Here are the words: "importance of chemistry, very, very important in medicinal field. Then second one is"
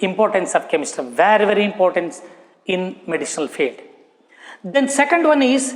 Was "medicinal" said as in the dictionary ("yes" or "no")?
no